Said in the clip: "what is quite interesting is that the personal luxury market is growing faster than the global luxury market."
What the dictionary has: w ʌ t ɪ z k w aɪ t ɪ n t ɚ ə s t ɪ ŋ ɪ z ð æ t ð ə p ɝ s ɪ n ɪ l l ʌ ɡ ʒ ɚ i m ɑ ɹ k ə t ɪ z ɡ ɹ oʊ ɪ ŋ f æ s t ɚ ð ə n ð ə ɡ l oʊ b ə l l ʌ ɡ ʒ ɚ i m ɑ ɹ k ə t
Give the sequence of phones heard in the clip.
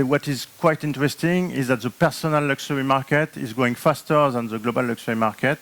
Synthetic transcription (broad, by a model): w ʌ t ɪ z k w aɪ t ɪ n t ɚ ə s t ɪ ŋ ɪ z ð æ t ð ə p ɝ s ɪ n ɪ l l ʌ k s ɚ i m ɑ ɹ k ə t ɪ z ɡ oʊ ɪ ŋ f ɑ s t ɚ ð ə n ð ə ɡ l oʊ b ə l l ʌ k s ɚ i m ɑ ɹ k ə t